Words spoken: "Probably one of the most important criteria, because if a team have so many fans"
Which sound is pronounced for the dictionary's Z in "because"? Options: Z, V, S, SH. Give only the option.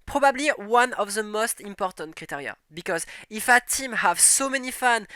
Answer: Z